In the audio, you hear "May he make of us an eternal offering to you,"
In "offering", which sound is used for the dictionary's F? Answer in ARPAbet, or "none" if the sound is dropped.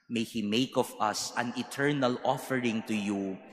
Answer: F